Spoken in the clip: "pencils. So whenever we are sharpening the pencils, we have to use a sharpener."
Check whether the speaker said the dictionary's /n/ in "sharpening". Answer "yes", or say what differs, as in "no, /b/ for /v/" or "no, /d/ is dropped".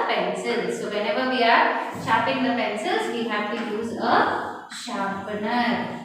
no, /n/ is dropped